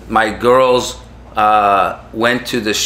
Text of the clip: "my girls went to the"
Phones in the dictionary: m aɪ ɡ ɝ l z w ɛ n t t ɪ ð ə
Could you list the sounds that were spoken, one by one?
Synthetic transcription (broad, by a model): m aɪ ɡ ɝ l z w ɛ n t t ɪ ð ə